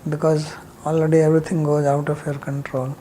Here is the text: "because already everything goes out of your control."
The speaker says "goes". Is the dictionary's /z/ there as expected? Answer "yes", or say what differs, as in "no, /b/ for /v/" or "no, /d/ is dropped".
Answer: yes